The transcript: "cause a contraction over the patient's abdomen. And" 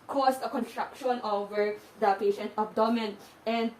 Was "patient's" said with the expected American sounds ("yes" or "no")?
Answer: no